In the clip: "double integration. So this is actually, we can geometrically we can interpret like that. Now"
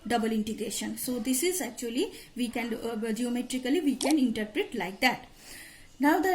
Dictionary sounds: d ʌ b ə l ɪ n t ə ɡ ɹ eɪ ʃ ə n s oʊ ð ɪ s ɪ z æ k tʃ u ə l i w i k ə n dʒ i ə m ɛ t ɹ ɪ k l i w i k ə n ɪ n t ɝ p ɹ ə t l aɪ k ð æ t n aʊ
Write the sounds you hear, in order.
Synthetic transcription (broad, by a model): d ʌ b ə l ɪ n t ə ɡ ɹ eɪ ʃ ə n s oʊ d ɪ s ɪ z æ k tʃ u ə l i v i k ə n dʒ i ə m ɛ t ɹ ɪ k l i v i k ə n ɪ n t ɝ p ɹ ə t l aɪ k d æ t n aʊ